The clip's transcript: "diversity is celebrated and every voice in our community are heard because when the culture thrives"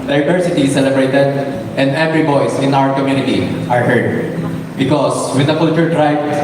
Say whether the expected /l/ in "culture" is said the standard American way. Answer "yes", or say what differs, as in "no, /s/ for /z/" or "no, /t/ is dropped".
no, /l/ is dropped